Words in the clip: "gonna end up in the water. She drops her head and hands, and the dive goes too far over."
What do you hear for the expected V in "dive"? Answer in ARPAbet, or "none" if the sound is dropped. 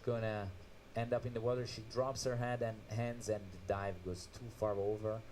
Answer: V